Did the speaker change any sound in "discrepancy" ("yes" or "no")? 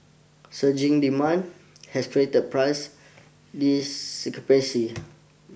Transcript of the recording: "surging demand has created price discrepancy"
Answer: yes